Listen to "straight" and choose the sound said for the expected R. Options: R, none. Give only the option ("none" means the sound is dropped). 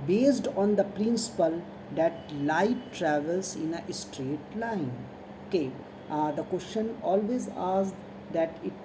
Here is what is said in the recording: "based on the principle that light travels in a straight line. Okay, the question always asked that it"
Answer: R